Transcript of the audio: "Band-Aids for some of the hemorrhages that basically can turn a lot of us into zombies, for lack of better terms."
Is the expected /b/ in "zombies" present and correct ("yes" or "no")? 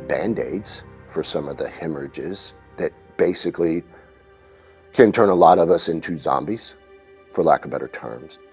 yes